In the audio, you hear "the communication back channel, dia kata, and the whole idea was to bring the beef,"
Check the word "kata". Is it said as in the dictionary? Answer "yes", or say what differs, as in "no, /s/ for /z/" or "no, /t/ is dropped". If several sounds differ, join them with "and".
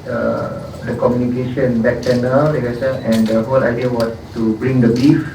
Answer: no, /s/ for /t/